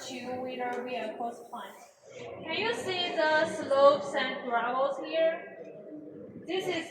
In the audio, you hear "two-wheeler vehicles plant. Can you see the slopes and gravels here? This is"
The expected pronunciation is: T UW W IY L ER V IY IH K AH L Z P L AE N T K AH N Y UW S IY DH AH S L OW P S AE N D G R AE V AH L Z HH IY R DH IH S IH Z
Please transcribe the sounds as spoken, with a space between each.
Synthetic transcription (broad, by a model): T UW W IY N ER W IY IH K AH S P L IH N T K AH N Y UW S IY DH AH S L OW P S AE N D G R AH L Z HH IY R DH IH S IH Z